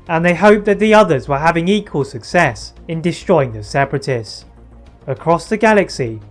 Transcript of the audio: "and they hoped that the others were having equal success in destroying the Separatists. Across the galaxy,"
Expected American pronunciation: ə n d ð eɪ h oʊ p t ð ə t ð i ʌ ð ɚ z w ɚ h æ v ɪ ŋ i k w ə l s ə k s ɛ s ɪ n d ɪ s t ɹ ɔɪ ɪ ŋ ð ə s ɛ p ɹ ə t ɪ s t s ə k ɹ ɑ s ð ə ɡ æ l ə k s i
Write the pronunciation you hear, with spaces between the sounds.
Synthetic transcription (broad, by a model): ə n ð eɪ h oʊ p ð ə t ð i ʌ ð ɚ z w ɚ h æ v ɪ ŋ i k w ə l s ə k s ɛ s ɪ n d ɪ s t ɹ ɔɪ ɪ ŋ ð ə s ɛ p ɹ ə t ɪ s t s ə k ɹ ɑ s ð ə ɡ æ l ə k s i